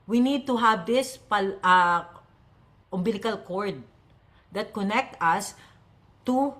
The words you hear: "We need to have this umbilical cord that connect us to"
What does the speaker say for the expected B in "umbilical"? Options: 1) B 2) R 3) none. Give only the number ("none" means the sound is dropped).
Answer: 1